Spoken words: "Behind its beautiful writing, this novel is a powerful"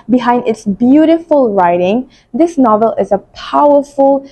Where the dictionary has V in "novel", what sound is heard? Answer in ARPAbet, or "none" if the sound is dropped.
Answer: V